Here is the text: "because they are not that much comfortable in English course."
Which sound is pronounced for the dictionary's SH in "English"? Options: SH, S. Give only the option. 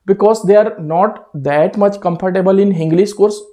S